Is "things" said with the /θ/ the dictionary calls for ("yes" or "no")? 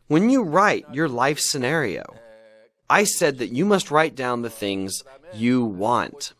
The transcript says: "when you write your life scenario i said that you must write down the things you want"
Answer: yes